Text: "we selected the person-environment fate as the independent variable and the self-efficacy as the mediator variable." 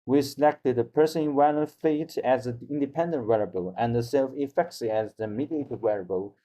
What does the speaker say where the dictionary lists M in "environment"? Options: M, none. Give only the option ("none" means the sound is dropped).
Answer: none